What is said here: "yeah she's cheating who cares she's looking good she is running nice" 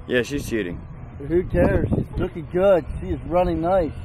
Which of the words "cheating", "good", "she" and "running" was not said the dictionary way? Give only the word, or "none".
cheating